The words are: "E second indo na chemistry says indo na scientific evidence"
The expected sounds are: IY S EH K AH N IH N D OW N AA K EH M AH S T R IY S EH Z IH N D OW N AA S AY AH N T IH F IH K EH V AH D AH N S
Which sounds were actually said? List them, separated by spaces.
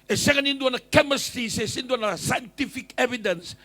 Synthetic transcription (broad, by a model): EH S EH K AH N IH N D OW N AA K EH M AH S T IY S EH S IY N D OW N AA S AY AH N T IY F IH K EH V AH D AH N S